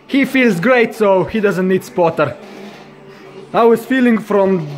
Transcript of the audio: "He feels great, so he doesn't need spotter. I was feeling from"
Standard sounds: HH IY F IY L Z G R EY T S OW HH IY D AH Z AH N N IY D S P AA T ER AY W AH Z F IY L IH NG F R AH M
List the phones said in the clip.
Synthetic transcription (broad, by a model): HH IY F IY L Z G R EY T S OW HH IY D AH Z AH N N IY D S P AA T ER AY W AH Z F IY L IH NG F R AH M